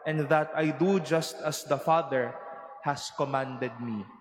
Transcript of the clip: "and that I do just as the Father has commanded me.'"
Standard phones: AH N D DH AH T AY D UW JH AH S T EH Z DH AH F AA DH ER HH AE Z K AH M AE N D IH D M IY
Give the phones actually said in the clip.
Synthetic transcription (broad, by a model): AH N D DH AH T AY D UW JH AH S T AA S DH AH F AA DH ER HH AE S K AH M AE N D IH D M IY